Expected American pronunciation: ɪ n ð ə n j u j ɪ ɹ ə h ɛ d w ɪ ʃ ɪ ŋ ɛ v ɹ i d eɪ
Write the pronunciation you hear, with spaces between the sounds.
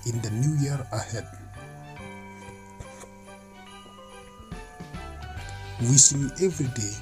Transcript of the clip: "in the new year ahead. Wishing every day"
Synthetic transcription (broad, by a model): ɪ n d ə n j u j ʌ ɹ ə h ɛ d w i s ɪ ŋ ɛ v ɹ i d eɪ